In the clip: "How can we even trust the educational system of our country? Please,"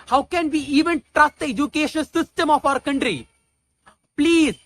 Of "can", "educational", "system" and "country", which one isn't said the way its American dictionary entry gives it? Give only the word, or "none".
educational